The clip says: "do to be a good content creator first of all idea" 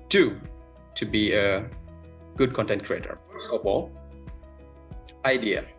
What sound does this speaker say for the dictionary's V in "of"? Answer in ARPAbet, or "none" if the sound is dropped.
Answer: W